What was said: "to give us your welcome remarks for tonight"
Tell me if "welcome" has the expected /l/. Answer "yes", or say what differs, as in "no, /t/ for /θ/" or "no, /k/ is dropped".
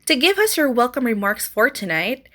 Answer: yes